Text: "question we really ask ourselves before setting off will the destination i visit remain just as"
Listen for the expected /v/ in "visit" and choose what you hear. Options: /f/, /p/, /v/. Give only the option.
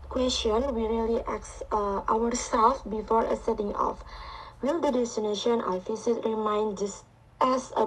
/f/